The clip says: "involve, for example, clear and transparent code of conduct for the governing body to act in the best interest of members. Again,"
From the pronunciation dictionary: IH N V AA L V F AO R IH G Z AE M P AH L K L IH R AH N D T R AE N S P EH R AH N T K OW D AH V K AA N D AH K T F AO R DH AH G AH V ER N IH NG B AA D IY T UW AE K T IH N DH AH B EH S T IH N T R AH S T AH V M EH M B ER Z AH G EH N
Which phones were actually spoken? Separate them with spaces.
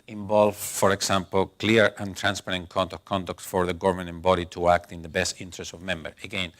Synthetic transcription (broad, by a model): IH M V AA L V F AO R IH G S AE M P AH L K L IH R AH N T R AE N S P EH R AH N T K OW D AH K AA N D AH K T F AO R DH AH G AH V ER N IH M B AA D IY T UW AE K T IH N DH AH B EH S T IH N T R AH S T AH V M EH M B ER AH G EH N